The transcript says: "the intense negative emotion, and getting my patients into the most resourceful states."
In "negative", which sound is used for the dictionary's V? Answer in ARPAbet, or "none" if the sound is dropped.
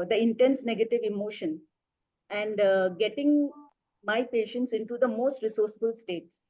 V